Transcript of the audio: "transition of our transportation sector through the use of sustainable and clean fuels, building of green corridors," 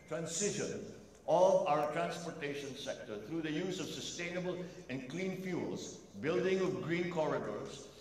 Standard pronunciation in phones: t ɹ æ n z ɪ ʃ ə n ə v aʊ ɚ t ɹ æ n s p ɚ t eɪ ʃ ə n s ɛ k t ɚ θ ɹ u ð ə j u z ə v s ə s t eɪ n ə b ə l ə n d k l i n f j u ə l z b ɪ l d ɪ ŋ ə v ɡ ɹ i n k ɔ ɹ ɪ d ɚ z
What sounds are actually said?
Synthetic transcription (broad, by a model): t ɹ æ n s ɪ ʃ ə n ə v aʊ ɚ t ɹ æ n s p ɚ t eɪ ʃ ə n s ɛ k t ɚ t ɹ u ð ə j u z ə v s ə s t eɪ n ə b ə l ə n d k l i n f j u l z b ɪ l d ɪ ŋ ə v ɡ ɹ i n k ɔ ɹ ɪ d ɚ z